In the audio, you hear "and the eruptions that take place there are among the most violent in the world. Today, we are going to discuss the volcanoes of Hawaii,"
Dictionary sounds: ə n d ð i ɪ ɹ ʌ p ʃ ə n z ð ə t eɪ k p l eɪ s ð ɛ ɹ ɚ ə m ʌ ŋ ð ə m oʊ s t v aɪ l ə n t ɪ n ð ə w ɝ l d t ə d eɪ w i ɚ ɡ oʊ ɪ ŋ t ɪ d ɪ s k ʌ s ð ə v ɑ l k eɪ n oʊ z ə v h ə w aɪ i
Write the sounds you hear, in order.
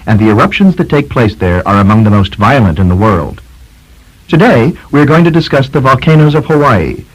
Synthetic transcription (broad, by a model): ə n ð i ɪ ɹ ʌ p ʃ ə n z ð ə t eɪ k p l eɪ s ð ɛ ɹ ɚ ə m ʌ ŋ ð ə m oʊ s t v aɪ l ə n t ɪ n ð ə w ɝ l d t ə d eɪ w i ɚ ɡ oʊ ɪ ŋ t ɪ d ɪ s k ʌ s ð ə v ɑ l k eɪ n oʊ z ə v h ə w aɪ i